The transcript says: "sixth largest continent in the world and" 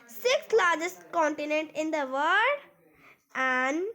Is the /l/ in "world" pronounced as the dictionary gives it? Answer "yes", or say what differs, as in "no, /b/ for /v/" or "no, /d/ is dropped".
no, /l/ is dropped